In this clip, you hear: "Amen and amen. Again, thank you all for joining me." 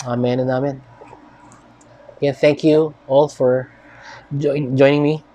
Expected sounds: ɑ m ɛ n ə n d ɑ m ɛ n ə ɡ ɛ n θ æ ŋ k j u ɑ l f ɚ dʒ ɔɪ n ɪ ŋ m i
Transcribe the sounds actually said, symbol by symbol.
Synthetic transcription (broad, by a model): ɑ m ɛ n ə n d ɑ m ɛ n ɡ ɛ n θ æ ŋ k j u ɑ l f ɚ dʒ ɔɪ n ɪ ŋ m i